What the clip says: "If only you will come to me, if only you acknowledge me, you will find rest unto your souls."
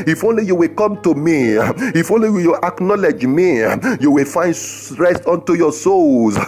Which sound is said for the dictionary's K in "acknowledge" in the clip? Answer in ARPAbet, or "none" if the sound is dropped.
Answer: K